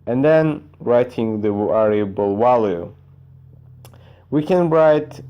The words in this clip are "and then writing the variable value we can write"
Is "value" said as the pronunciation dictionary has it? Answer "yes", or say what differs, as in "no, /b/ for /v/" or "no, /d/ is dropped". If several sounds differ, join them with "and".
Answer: no, /w/ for /v/